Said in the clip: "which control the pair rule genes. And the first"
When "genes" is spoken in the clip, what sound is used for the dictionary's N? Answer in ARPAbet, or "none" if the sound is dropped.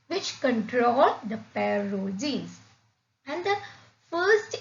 none